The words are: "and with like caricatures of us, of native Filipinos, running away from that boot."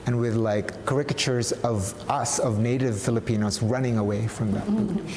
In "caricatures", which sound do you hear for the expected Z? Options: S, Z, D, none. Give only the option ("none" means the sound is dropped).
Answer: Z